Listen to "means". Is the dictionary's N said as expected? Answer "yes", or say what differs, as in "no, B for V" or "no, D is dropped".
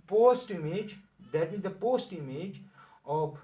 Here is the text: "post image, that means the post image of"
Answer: no, N is dropped